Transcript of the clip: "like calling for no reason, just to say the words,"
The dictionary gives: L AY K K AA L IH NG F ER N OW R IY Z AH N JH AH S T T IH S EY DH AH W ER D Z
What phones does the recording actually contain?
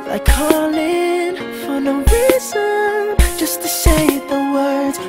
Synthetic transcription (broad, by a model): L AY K K AA L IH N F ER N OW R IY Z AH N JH AH S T T IH SH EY DH AH W ER D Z